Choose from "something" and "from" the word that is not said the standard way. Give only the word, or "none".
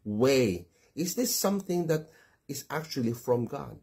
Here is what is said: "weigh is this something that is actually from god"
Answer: none